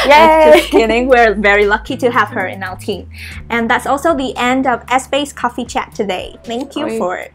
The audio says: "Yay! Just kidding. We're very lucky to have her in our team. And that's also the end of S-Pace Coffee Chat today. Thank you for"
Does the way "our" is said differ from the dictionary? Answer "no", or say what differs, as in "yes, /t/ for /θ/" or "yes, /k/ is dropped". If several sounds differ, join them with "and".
yes, /l/ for /ɹ/